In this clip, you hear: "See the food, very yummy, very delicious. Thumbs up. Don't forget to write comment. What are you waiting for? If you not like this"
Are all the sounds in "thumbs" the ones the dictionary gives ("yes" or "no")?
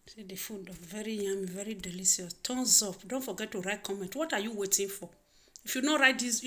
no